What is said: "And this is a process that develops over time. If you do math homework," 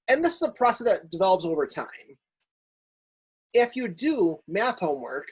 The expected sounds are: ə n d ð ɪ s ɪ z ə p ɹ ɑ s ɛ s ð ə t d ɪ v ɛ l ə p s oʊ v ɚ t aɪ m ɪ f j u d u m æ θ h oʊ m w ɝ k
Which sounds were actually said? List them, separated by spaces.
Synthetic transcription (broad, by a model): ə n ð ɪ s ɪ z ə p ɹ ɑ s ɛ ð ə t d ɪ v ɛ l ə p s oʊ v ɚ t aɪ m ɪ f j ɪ d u m æ θ h oʊ m w ɝ k